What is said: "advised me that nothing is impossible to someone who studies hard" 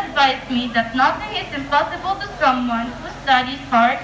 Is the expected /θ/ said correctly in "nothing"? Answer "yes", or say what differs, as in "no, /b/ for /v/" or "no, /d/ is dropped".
no, /t/ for /θ/